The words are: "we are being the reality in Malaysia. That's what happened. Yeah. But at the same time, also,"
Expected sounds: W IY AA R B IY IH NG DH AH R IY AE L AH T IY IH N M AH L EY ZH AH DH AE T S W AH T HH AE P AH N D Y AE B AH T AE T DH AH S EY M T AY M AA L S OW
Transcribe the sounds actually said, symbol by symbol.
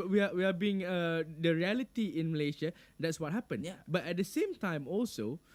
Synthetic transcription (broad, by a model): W IY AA W B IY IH NG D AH R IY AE L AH T IY IH N M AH L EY SH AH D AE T S W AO T HH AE P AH N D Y B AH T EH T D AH S EY M T AY M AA L S OW